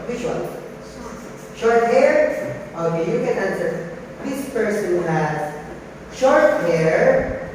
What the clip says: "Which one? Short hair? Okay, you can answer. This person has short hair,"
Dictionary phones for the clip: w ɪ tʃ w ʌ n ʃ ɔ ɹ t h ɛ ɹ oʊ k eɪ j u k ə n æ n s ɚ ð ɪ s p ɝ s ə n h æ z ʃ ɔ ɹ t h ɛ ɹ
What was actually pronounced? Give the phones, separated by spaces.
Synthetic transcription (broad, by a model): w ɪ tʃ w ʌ l ʃ ɔ ɹ t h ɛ ɹ oʊ k eɪ j u k ə n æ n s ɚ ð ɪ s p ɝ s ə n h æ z ʃ ɔ ɹ t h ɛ ɹ